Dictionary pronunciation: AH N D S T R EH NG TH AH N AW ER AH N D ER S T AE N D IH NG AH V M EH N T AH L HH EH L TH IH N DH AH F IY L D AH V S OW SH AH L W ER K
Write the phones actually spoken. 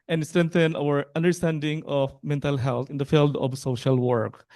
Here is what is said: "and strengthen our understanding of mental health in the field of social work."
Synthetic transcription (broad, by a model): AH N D S T R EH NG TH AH N AW ER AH N D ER S T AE N D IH NG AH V M EH N T AH L HH EH L T IH N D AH F IY L D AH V S OW SH AH L W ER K